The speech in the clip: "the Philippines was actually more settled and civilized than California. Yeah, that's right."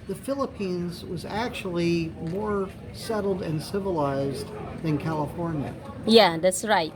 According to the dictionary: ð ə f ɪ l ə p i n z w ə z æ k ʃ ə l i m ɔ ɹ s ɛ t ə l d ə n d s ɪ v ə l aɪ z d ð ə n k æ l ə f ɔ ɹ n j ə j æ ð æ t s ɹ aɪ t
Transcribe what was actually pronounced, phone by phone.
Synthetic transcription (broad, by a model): ð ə f ɪ l ə p i n z w ə z æ k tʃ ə l i m ɔ ɹ s ɛ t l d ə n s ɪ v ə l aɪ z ð ə n k æ l ə f ɔ ɹ n j ə j æ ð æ t s ɹ aɪ t